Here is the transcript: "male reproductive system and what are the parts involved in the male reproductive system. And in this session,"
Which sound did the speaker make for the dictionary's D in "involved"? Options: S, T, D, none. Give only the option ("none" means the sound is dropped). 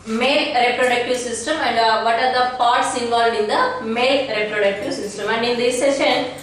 none